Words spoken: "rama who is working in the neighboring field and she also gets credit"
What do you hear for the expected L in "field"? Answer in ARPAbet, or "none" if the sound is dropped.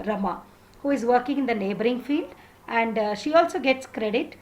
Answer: L